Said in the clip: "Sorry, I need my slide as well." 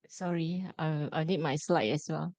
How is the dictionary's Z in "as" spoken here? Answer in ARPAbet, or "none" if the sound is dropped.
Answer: S